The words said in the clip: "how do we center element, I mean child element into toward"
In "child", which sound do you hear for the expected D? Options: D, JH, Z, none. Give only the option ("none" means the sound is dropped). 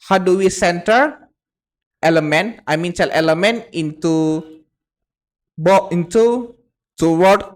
none